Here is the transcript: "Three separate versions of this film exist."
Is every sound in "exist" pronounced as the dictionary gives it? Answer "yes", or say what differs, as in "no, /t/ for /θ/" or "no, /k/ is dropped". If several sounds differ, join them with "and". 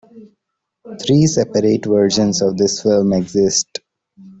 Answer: yes